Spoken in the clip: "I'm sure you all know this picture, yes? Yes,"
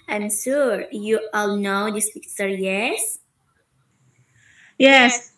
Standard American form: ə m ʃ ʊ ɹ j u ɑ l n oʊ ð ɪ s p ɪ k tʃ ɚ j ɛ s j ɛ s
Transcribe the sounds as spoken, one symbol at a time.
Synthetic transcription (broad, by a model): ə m s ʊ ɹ j u ɑ l n oʊ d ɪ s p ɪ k s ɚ j ɛ s j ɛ s